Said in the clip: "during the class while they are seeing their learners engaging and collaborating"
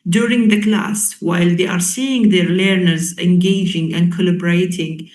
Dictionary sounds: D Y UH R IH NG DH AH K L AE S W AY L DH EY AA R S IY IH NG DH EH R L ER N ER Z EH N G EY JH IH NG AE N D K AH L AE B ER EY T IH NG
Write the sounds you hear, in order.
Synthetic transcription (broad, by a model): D Y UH R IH NG DH AH K L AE S W AY L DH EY AA R S IY IH NG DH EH R L ER N ER Z EH N G EY JH IH NG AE N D K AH L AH B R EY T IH NG